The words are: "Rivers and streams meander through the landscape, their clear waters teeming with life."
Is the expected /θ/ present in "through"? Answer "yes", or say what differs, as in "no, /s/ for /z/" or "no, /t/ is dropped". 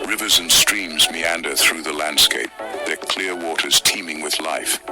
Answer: yes